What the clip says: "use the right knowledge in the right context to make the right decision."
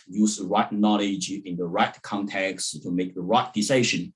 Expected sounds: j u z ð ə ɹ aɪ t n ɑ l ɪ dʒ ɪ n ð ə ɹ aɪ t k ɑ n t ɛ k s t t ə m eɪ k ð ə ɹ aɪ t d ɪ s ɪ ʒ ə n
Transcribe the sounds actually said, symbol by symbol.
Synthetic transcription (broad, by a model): j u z ð ə ɹ aɪ t n ɑ l ɪ dʒ ɪ n ð ə ɹ aɪ t k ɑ n t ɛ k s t t ə m eɪ k ð ə ɹ aɪ t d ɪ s ɪ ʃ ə n